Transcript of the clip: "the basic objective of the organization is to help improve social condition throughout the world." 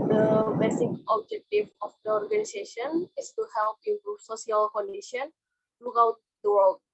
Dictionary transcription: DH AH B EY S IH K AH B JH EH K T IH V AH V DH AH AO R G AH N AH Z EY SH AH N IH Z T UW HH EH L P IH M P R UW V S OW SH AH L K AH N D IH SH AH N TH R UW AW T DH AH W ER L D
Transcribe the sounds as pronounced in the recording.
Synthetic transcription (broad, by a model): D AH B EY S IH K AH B JH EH K T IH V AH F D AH AO R G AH N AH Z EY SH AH N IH S T UW HH EH L P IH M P R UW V S OW S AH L K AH N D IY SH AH N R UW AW T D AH W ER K